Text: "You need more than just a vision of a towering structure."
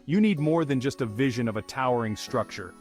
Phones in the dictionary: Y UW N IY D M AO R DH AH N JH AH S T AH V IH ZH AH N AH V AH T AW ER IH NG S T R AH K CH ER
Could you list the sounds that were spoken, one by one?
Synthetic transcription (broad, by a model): Y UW N IY D M AO R DH AH N JH AH S T AH V IH ZH AH N AH V AH T AW ER IH NG S T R AH K CH ER